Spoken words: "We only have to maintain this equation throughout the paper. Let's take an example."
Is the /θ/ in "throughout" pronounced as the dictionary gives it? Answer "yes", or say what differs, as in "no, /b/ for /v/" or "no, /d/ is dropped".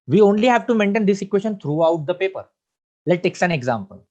no, /t/ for /θ/